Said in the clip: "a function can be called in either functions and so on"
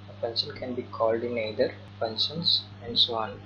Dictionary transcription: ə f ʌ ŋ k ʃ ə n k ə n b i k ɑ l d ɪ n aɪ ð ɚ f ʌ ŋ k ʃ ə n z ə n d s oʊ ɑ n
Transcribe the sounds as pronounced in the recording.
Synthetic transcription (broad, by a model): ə p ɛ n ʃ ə n k ə n b i k ɑ l d ɪ n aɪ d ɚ p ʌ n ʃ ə n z ə n d s oʊ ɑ n